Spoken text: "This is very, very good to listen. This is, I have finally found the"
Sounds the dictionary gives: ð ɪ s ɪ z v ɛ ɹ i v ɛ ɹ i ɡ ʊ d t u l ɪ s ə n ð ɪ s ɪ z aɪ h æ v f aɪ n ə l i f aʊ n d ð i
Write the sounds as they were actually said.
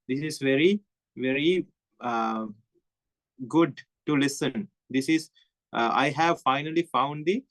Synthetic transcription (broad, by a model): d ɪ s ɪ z v ɛ ɹ i v ɛ ɹ i ɡ ʊ d t u l ɪ s ə n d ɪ s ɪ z aɪ h æ v f aɪ n ə l i f aʊ n d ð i